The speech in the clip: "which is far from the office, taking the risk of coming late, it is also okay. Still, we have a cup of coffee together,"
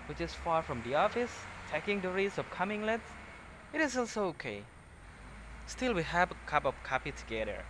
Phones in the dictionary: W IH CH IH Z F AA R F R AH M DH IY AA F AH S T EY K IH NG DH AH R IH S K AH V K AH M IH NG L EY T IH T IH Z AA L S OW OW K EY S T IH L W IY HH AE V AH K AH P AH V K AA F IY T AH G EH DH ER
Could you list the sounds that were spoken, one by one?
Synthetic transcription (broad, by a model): W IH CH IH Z F AA R F R AH M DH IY AA F AH S T EY K IH NG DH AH R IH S AH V K AH M IH NG L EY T IH T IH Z AA L S OW OW K EY S T IH L W IY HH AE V AH K AH P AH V K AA P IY T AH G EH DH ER